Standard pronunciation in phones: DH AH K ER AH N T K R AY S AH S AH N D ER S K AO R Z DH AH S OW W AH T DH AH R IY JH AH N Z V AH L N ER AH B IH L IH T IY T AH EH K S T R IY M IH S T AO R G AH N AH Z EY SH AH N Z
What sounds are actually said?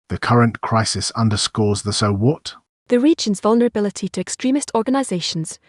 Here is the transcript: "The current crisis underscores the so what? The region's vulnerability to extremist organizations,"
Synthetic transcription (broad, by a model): DH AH K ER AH N K R AY S AH S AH N D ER S K AO Z DH AH S OW W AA T DH AH R IY JH AH N Z V AH L N ER AH B IH L IH T IY T AH EH K S T R IY M IH S T AO R G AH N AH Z EY SH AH N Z